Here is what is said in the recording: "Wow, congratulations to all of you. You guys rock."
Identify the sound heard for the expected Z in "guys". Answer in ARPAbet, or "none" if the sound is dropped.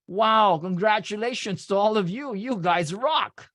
Z